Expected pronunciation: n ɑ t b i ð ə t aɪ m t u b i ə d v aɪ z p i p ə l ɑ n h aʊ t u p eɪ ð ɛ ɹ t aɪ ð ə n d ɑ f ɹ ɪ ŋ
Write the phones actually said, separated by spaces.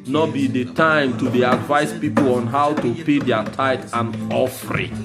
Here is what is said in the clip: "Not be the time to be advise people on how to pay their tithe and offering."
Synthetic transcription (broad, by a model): n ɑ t b i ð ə t aɪ m t u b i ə d v aɪ s p i p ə l ɑ n h aʊ t u p eɪ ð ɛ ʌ t aɪ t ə n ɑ f ɹ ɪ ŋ